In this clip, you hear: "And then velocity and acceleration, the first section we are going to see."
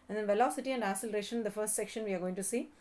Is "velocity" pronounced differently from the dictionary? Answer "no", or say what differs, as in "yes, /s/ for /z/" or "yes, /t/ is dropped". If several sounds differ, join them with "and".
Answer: no